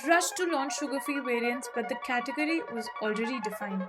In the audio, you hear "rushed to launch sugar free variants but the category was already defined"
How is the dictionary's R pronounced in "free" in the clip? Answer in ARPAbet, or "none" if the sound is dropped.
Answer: none